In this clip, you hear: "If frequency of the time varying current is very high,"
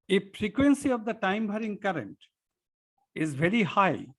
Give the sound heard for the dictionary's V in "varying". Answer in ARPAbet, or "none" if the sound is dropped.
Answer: B